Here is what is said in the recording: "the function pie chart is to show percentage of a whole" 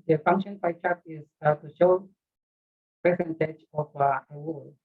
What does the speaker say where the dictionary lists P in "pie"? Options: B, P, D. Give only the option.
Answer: B